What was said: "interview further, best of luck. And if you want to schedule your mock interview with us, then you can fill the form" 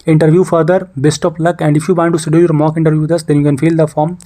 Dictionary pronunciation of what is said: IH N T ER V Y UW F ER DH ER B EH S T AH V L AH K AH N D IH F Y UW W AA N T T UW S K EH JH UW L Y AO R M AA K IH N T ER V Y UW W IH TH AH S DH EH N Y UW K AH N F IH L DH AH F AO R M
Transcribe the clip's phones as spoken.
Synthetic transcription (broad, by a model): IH N T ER V Y UW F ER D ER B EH S T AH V L AH K AH N D IH F Y UW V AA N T T UW S EH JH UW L Y AO R M AA K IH N T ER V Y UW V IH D AH S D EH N Y UW K AH N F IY L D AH F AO R M